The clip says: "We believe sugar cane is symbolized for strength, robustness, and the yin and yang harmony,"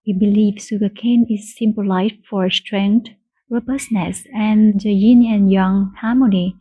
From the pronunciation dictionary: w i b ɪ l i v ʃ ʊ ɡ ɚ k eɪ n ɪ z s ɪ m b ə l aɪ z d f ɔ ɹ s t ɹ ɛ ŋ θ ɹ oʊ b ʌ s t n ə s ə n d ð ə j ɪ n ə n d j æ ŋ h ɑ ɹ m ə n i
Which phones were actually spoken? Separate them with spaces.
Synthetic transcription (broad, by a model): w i b ɪ l i v s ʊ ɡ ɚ k eɪ n ɪ z s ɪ m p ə l aɪ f f ɔ ɹ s t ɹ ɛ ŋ t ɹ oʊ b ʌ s n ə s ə n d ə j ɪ n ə n j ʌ ŋ h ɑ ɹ m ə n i